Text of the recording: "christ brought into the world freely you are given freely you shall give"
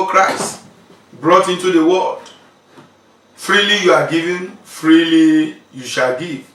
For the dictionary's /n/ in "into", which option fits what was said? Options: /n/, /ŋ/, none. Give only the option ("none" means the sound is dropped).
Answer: /n/